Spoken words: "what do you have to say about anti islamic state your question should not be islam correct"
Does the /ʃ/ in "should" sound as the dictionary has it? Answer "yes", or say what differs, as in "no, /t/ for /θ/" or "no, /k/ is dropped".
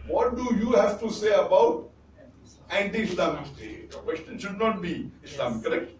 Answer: yes